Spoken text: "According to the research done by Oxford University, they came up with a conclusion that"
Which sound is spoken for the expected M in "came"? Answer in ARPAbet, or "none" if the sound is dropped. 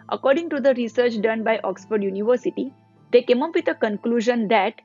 M